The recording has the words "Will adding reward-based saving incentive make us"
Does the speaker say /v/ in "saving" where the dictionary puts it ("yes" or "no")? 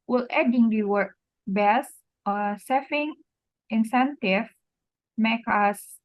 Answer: no